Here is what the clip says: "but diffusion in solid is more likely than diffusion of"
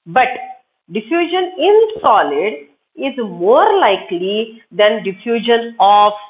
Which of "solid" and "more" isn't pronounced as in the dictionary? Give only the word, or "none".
none